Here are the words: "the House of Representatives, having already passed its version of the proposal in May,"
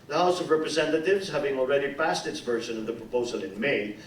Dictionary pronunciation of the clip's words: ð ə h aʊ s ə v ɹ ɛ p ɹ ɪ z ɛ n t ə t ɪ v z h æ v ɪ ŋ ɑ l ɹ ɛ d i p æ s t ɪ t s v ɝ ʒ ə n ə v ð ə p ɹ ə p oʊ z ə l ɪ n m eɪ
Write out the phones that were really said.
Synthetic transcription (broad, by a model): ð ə h aʊ s ə v ɹ ɛ p ɹ ɪ z ɛ n t ə t ɪ v z h æ v ɪ ŋ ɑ l ɹ ɛ d i p æ s t ɪ t s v ɝ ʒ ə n ə v ð ə p ɹ ə p oʊ z ə l ɪ n m eɪ